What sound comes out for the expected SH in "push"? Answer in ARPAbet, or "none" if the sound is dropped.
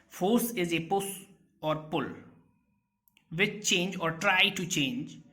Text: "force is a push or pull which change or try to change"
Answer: S